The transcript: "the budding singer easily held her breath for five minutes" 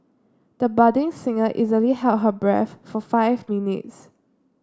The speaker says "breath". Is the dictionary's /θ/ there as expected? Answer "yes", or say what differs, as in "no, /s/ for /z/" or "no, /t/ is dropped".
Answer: no, /f/ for /θ/